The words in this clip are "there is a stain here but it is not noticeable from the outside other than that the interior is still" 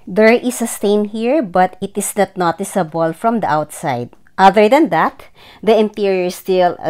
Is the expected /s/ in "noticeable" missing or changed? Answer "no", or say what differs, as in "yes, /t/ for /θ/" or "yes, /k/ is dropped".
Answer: no